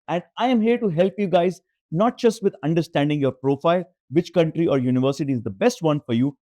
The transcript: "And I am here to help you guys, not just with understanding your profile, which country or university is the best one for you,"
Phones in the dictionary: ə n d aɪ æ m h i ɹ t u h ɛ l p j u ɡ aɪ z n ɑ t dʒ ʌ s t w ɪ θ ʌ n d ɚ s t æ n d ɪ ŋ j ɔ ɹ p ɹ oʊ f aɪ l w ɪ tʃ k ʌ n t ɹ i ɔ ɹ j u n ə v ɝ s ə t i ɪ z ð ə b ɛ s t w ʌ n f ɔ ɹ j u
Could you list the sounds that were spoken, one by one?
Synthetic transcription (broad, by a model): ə n d aɪ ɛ m h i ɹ t u h ɛ l p j u ɡ aɪ z n ɑ t dʒ ʌ s t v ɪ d ʌ n d ɚ s t æ n d ɪ ŋ j ɔ ɹ p ɹ oʊ f aɪ l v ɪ tʃ k ʌ n t ɹ i ɔ ɹ j u n ə v ɝ s ə t i ɪ z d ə b ɛ s t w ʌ n f ɔ ɹ j u